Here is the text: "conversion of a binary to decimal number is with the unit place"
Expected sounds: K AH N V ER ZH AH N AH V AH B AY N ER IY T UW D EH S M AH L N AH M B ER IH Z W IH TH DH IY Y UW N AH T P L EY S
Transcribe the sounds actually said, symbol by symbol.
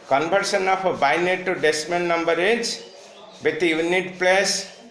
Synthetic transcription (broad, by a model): K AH N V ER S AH N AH P AH B AY N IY T UW D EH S M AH N N AH M B ER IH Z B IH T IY Y UW N AH T P L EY S